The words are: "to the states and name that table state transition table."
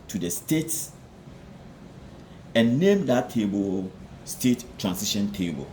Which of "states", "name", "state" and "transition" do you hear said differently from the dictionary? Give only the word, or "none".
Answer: transition